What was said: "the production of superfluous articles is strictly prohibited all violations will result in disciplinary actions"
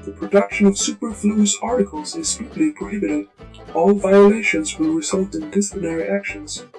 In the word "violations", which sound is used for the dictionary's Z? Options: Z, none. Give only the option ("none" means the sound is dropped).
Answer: Z